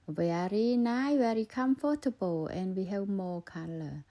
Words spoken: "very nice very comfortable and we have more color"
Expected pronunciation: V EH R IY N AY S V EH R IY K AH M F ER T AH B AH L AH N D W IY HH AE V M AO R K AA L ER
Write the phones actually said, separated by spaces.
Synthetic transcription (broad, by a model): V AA R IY N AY V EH R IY K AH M F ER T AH B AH L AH N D W IY HH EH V M AO K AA L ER